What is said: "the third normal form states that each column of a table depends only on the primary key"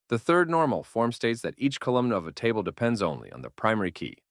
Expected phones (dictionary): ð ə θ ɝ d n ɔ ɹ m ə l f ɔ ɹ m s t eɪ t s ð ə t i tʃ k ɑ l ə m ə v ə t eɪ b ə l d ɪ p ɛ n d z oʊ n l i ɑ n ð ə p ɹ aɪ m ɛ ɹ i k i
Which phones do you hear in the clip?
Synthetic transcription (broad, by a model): ð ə θ ɝ d n ɔ ɹ m l f ɔ ɹ m s t eɪ t s ð ə t i tʃ k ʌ l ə m ə v ə t eɪ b l d ɪ p ɛ n d z oʊ n l i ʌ n ð ə p ɹ aɪ m ɛ ɹ i k i